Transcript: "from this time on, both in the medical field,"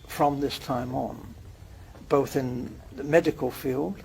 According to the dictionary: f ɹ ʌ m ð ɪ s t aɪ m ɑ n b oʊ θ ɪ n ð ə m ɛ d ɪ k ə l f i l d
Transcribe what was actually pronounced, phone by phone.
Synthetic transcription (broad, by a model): f ɹ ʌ m ð ɪ s t aɪ m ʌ n b oʊ θ ɪ n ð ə m ɛ d ɪ k ə l f i l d